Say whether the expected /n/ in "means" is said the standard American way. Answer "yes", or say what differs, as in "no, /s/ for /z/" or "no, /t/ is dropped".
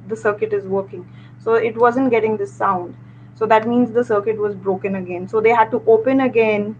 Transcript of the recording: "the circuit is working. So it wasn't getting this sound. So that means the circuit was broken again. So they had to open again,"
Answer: yes